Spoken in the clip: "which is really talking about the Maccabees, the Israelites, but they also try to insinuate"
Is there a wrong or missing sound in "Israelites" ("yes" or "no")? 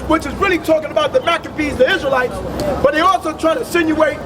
no